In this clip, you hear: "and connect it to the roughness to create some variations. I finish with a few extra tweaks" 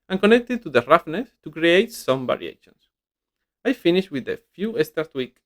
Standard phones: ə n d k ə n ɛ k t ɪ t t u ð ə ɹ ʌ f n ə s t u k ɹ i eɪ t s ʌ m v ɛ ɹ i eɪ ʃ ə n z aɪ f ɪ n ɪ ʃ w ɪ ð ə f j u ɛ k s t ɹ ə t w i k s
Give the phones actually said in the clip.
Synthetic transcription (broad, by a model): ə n k ə n ɛ k t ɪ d t u ð ə ɹ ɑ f n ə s t u k ɹ i eɪ t s ʌ m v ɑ ɹ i eɪ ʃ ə n s aɪ f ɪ n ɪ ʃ w ɪ ð ə f j u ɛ s t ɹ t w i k